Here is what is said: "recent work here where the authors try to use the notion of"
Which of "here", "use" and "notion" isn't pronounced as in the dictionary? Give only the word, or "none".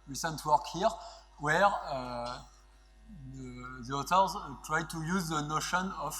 none